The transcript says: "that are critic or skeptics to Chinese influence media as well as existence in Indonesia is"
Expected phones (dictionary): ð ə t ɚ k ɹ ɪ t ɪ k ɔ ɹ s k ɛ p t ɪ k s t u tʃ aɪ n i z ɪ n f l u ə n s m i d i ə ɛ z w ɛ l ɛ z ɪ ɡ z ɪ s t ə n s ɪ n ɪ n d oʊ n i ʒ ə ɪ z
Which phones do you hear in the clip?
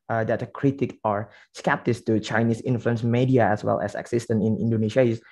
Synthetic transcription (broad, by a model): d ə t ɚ k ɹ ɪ t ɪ k ɔ ɹ s k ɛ p t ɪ s t u tʃ aɪ n i s ɪ n f l u ə n s m i d i ə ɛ s w ɛ l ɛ s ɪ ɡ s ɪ s t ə n ɪ n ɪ n d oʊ n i ʃ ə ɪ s